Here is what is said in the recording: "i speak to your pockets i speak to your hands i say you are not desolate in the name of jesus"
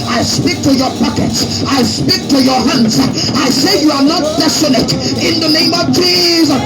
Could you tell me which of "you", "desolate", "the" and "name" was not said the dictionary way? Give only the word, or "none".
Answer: desolate